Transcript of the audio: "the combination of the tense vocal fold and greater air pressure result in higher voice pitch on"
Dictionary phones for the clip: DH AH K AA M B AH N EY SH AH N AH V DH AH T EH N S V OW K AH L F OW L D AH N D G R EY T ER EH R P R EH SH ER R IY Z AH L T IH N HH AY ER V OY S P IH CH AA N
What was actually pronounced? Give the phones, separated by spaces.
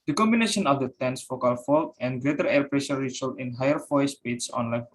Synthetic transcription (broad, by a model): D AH K AA M B AH N EY SH AH N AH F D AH T EH N S F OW K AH L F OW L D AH N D G R EY T ER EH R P R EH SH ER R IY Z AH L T IH N HH AY ER F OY S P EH S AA N